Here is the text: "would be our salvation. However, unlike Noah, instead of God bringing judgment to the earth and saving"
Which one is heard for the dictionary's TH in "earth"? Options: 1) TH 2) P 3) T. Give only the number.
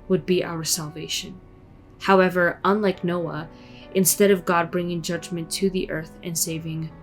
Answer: 1